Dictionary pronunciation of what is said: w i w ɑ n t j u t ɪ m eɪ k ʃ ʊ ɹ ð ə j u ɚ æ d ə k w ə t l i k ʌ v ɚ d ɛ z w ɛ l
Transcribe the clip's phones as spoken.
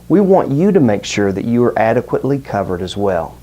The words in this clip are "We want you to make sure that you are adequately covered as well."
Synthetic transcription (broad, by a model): w i w ɑ n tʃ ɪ t ɪ m eɪ k ʃ ʊ ɹ ð ə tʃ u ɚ æ d ə k w ə t l i k ʌ v ɚ d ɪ z w ɛ l